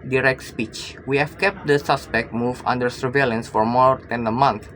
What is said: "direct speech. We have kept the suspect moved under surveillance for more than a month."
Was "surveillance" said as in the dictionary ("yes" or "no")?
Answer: yes